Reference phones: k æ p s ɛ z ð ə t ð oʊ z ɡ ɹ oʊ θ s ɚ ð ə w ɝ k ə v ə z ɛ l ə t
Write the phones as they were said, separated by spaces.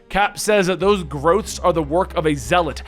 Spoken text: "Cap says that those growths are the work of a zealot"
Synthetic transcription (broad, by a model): k æ p s ɛ z ð ə t ð oʊ z ɡ ɹ oʊ θ s ɚ ð ə w ɝ k ə v ə z ɛ l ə t